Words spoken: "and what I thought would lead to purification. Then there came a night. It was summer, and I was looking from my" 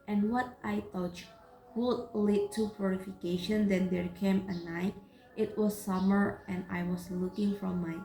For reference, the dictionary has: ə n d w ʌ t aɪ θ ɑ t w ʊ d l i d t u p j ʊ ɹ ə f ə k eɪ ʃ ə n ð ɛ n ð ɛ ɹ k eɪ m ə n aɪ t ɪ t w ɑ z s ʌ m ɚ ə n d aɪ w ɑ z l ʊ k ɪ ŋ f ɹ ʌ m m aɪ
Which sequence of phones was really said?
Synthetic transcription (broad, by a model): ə n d w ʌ t aɪ t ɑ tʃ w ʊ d l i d t u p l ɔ ɹ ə f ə k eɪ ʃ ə n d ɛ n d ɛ ɹ k eɪ m ə n aɪ t ɪ t w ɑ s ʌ m ɚ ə n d aɪ w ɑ s l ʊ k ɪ ŋ f ɹ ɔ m m aɪ